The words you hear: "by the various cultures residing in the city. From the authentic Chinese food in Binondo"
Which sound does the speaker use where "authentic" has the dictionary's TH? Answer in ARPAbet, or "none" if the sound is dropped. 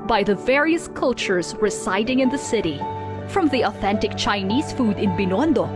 TH